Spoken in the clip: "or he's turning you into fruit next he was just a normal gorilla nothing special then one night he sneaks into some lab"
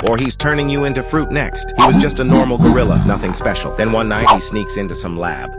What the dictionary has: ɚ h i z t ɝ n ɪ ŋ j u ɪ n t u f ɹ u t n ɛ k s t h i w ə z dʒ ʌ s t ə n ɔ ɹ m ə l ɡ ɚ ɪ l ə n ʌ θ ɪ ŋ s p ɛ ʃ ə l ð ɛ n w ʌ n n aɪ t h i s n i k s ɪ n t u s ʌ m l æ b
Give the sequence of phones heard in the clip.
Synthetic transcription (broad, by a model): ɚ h i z t ɝ n ɪ ŋ j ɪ ɪ n t u f ɹ u t n ɛ k s t h i w ə z dʒ ʌ s t ə n ɔ ɹ m l ɡ ɚ ɪ l ə n ʌ θ ɪ ŋ s p ɛ ʃ l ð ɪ n w ʌ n n aɪ t h i s n i k s ɪ n t u s ʌ m l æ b